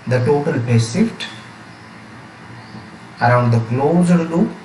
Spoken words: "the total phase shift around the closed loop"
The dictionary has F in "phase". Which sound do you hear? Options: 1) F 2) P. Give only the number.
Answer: 2